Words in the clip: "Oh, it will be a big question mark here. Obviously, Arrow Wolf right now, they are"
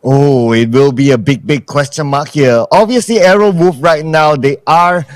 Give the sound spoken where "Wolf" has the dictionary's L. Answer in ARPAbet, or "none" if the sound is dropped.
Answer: none